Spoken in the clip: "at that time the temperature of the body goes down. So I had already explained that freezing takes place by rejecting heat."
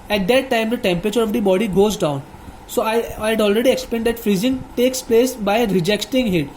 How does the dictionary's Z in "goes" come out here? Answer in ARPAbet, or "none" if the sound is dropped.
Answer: Z